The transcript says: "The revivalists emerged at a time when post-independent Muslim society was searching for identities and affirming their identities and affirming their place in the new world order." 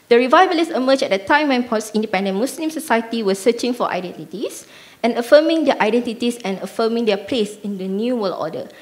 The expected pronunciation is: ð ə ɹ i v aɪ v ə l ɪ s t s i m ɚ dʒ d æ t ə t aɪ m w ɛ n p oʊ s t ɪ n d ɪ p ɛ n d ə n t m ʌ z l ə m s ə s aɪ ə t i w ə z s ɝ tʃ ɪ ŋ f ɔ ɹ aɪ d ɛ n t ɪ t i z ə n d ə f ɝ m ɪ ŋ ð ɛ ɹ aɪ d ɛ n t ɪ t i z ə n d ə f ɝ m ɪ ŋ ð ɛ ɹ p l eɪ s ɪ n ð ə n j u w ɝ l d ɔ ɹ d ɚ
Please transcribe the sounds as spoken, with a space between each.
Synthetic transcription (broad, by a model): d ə ɹ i v aɪ b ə l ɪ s s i m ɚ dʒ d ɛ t ə t aɪ m w ɛ n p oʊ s ɪ n d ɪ p ɛ n d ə n m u s l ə m s ə s aɪ ə t i w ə s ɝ tʃ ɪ ŋ f ɔ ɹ aɪ d ɛ n t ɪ t i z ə n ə f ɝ m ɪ ŋ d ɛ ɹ aɪ d ɛ n t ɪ t i s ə n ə f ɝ m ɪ ŋ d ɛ p l eɪ s ɪ n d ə n j u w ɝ l ɔ d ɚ